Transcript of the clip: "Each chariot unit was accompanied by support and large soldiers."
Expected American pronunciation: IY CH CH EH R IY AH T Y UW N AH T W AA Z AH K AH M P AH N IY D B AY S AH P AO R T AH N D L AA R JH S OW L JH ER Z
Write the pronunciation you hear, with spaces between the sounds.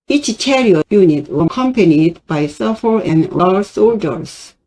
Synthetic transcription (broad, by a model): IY CH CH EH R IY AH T Y UW N AH T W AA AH K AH M P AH N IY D B AY S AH F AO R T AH N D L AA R S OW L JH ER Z